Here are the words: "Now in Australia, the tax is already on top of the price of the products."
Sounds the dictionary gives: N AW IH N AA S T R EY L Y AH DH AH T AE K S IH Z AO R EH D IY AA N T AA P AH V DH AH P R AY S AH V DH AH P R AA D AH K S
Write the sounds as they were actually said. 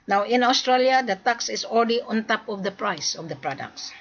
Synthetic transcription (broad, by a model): N AW IH N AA S T R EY L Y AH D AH T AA K S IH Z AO L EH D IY AA N T AA P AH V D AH P R AY S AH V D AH P R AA D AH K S